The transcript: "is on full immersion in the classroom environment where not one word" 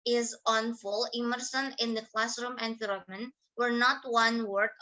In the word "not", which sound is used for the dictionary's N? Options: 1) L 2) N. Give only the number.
2